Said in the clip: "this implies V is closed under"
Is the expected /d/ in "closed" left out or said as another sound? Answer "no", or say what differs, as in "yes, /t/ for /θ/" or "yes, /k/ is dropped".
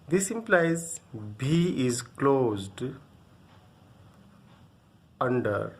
no